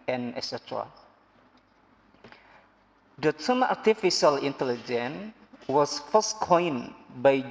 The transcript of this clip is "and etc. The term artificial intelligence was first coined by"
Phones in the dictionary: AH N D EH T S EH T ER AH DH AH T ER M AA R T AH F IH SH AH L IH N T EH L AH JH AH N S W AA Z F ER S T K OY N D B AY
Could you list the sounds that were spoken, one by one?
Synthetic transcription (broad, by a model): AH N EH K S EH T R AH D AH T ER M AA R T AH F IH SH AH L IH N T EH L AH JH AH N W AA S F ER S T K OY N B AY